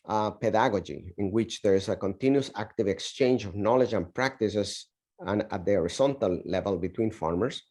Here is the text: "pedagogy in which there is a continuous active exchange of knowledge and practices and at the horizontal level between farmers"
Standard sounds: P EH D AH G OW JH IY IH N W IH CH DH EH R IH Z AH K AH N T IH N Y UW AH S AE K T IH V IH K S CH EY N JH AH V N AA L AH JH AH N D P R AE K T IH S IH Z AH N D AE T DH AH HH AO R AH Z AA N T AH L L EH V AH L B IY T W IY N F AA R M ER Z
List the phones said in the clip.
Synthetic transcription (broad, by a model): P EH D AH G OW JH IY IH N W IH CH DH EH R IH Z AH K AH N T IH N Y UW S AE K T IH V IH K S CH EY N JH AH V N AA L AH JH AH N P R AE K T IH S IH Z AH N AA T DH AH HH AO R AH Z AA N T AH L L EH V AH L B IY T W IY N F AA R M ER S